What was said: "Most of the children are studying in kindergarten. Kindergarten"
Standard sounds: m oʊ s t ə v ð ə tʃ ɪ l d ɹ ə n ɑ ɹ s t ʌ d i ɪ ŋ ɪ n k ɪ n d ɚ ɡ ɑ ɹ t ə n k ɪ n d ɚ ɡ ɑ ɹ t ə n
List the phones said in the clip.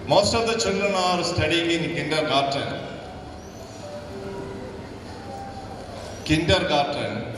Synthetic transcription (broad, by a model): m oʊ s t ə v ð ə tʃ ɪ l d ə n ɑ ɹ s t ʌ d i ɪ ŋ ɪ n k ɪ n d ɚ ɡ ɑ ɹ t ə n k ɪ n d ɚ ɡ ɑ ɹ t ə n